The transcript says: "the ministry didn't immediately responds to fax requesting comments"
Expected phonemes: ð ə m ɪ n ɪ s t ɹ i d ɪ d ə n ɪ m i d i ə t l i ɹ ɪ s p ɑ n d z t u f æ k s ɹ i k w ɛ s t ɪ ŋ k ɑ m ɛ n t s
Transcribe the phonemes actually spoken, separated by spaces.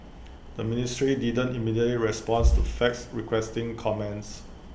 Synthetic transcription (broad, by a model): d ə m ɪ n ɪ s t ɹ i d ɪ d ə n ɪ m i d i ə t l i ɹ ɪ s p ɑ n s t u f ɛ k s ɹ i k w ɛ s t ɪ ŋ k ɑ m ɛ n t s